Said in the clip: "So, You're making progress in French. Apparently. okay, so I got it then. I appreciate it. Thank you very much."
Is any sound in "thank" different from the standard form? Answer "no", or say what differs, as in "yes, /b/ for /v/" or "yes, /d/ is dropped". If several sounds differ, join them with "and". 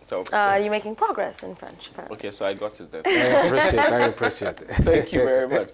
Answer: yes, /ŋ/ is dropped